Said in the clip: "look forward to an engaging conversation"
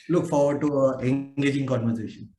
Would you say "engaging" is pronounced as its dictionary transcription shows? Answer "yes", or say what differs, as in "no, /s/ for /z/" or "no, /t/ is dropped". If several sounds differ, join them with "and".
no, /n/ is dropped